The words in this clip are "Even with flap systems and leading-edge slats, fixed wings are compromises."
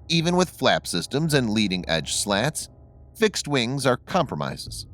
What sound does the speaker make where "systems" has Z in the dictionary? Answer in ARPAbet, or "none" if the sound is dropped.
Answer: Z